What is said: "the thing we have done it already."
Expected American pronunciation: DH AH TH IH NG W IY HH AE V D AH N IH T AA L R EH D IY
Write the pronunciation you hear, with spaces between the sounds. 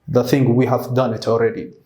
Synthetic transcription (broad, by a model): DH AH TH IH NG W IY HH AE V D AH N IH T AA L R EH D IY